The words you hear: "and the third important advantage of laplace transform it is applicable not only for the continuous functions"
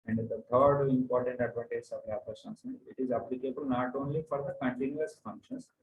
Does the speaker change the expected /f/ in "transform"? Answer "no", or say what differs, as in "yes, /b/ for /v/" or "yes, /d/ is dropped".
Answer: yes, /f/ is dropped